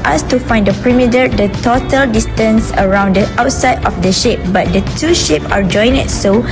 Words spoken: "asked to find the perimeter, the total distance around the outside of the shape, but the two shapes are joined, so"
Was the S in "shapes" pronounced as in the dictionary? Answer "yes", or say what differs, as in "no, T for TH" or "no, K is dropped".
no, S is dropped